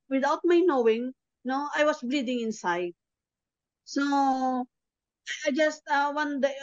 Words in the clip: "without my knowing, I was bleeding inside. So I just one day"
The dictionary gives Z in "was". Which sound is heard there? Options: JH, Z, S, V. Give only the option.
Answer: S